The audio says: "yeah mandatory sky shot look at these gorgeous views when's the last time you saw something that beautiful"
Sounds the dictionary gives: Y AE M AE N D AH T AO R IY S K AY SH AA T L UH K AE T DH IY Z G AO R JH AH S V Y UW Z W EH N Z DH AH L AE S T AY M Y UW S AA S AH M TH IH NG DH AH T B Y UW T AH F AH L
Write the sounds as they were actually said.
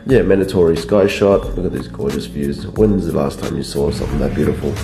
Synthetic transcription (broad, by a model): Y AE M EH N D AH T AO R IY S K AY SH AA T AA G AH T DH IY Z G AO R JH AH S V Y UW Z W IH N Z DH AH L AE S T AY M Y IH S AA S AH M TH IH NG DH AH T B Y UW T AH F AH L